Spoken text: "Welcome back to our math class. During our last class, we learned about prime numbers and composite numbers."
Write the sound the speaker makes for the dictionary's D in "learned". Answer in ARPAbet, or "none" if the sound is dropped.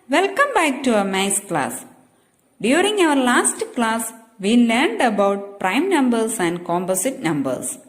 D